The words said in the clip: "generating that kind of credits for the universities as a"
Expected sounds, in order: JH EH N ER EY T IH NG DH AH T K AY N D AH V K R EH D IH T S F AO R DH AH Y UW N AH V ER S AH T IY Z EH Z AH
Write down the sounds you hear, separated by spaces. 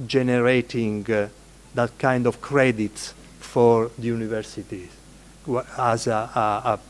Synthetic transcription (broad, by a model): JH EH N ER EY T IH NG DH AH T K AY N D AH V K R EH D IH T S F AO R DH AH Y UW N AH V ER S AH T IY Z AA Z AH